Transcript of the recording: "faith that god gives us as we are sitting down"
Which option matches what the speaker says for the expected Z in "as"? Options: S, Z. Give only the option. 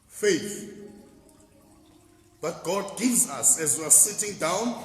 Z